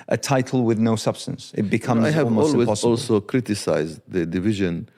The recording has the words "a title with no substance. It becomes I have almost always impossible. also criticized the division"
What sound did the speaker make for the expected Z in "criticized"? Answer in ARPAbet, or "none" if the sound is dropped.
Z